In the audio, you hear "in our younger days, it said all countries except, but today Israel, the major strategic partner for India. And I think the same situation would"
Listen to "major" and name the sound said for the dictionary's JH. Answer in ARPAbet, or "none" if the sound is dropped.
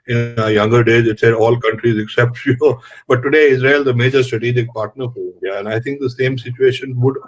JH